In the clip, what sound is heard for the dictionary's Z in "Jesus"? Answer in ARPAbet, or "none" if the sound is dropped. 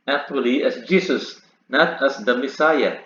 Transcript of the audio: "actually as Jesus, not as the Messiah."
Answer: S